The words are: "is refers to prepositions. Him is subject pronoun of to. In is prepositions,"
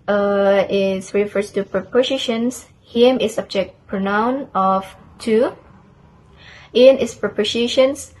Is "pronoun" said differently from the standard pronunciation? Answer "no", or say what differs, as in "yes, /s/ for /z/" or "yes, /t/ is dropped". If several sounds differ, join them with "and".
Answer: no